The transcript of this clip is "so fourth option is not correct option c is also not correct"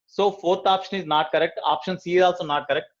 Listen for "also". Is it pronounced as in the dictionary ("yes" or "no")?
yes